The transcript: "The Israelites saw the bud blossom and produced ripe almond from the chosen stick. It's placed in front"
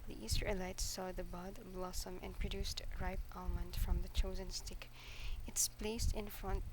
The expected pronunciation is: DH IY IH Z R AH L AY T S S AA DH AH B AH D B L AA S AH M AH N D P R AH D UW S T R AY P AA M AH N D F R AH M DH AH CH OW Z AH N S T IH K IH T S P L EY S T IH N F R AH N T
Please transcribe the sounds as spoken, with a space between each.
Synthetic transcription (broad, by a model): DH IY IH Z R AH L AY T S S AA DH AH B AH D B L AA S AH M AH N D P R AH D UW S T R AY P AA M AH N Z F R AH M DH AH CH OW Z AH N S T IH K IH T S P L EY S T IH N F R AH N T